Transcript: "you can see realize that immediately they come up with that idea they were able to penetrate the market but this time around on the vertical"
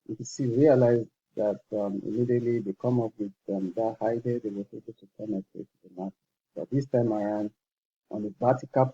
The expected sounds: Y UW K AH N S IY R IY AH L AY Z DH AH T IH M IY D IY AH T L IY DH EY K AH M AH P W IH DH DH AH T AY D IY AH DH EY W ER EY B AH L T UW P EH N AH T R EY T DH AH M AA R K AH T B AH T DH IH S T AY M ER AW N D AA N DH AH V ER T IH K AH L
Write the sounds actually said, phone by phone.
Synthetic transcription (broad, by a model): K S IY R IY AH L AY Z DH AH T IH M IY D IY AH T L IY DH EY K AH M AH P W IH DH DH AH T AY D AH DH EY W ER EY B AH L T UW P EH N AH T EY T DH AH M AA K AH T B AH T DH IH S T AY M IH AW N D AA N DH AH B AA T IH K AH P